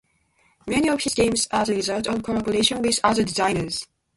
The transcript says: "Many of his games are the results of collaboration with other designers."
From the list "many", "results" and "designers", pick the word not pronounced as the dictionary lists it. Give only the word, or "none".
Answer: results